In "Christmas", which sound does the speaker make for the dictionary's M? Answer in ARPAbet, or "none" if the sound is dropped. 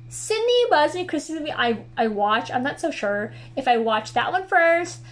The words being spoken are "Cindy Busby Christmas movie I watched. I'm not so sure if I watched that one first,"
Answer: none